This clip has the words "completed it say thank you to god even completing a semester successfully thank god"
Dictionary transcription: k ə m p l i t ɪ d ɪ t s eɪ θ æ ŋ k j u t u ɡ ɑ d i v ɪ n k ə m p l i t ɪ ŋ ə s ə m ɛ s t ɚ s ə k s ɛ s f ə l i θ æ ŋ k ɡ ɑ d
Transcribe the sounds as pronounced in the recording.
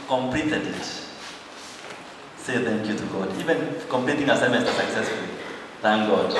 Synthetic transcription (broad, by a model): k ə m p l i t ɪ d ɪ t s eɪ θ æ ŋ k j u t u ɡ ɑ d i v ɪ n k ə m p l i t ɪ ŋ ə s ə m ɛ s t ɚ s ə k s ɛ s f ə l i θ æ ŋ k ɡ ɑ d